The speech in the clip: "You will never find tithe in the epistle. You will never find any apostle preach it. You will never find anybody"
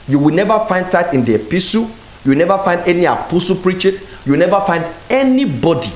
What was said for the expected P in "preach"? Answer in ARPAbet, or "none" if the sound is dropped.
P